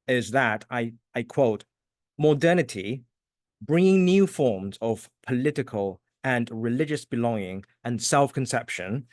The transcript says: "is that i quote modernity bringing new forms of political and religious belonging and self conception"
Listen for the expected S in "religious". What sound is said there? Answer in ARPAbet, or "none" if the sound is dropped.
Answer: S